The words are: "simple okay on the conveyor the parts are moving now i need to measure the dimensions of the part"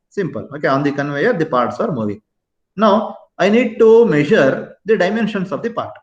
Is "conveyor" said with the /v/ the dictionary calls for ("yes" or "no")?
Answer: yes